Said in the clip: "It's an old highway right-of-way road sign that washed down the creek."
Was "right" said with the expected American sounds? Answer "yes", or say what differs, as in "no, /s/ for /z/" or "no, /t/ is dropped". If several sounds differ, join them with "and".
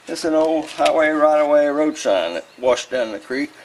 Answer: yes